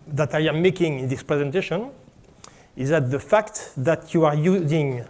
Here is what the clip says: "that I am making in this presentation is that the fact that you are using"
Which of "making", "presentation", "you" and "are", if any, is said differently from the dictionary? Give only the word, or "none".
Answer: none